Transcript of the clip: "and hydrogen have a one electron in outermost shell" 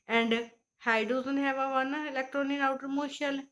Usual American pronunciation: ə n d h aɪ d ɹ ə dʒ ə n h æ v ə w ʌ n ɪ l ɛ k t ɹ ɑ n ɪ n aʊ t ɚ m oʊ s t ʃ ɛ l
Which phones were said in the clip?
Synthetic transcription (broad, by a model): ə n d h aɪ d ə z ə n h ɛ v ə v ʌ n ɪ l ɛ k t ɹ ɑ n ɪ n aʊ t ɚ m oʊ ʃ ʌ l